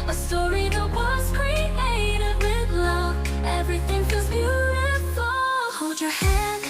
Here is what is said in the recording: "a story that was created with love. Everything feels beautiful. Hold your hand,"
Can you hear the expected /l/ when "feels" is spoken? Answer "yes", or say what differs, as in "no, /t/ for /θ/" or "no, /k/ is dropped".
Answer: no, /l/ is dropped